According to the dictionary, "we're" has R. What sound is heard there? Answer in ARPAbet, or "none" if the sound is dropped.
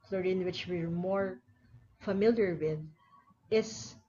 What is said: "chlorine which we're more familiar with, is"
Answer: R